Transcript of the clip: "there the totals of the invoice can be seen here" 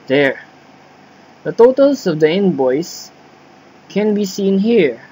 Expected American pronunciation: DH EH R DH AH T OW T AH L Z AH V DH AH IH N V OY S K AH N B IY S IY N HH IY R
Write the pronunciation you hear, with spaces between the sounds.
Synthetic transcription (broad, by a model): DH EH R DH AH T OW T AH L S AH V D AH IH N B OY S K AH N B IY S IY N HH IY R